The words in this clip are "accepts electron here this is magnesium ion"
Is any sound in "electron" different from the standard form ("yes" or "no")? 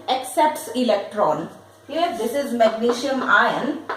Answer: no